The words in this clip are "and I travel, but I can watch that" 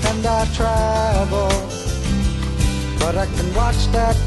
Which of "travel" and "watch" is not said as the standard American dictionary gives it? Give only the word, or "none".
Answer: travel